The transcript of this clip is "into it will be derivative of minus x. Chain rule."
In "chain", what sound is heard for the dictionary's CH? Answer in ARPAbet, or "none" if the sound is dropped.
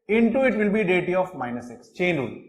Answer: CH